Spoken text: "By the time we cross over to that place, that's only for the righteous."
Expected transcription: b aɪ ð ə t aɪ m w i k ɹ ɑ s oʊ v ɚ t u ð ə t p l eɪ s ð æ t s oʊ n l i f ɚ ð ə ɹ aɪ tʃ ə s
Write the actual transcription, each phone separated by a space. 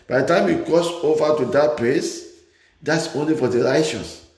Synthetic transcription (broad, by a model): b aɪ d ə t aɪ m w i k ɑ s oʊ v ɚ t u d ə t p l eɪ s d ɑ t s oʊ n l i f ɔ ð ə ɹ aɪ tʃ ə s